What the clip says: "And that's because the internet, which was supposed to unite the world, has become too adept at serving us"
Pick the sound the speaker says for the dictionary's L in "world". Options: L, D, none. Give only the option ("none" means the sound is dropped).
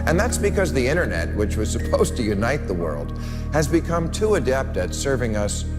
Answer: L